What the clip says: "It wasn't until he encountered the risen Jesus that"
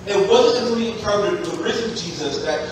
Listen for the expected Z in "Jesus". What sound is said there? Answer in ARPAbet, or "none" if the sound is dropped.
Z